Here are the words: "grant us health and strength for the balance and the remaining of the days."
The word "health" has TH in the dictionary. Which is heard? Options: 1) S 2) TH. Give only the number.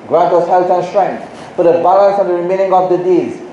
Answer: 1